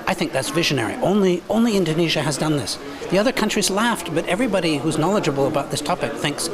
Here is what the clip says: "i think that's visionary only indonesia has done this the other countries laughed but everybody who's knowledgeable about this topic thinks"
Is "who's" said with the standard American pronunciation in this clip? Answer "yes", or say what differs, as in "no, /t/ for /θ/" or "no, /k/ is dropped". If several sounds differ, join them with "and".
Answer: yes